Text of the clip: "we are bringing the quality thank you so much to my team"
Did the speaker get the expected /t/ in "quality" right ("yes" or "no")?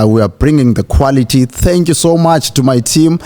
yes